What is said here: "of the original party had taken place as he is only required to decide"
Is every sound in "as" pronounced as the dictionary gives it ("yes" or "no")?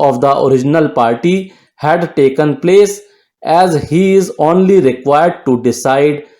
yes